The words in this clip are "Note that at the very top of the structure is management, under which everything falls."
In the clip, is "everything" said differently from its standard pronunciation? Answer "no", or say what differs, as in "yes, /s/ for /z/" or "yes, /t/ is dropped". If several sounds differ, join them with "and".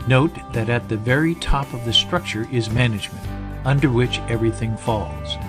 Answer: no